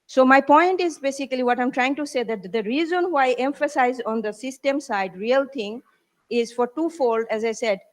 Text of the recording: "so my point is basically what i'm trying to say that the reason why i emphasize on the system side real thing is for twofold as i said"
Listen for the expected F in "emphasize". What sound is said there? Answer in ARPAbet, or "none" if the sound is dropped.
F